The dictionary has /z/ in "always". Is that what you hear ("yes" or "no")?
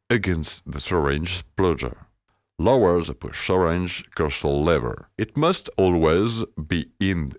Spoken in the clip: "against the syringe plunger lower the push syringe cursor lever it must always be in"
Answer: yes